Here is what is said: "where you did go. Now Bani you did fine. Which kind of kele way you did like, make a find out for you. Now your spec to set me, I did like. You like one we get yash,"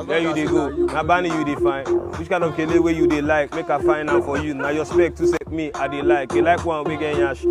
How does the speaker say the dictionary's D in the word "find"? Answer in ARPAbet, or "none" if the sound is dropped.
none